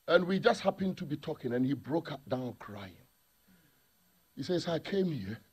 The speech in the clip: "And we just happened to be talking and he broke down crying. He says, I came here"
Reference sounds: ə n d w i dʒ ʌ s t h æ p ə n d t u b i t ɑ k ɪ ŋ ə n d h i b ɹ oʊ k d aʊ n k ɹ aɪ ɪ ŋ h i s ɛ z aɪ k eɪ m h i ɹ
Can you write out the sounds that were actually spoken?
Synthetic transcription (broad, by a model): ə n w i dʒ ʌ s t h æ p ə n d t u b i t ɑ k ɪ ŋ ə n h i b ɹ oʊ k d aʊ n k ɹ aɪ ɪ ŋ h i s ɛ s aɪ k eɪ m h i